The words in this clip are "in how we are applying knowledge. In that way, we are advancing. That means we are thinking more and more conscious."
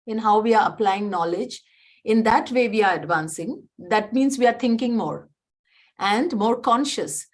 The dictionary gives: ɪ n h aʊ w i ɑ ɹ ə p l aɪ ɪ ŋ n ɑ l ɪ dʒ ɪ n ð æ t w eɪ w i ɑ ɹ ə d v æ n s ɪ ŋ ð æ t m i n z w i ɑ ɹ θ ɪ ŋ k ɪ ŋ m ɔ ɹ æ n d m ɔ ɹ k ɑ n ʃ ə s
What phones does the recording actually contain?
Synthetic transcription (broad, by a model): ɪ n h aʊ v i ɑ ɹ ə p l aɪ ɪ ŋ n ɑ l ɪ dʒ ɪ n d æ t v eɪ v i ɑ ɹ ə d v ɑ n s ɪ ŋ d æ t m i n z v i ɑ ɹ t ɪ ŋ k ɪ ŋ m ɔ ɹ æ n d m ɔ ɹ k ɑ n ʃ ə s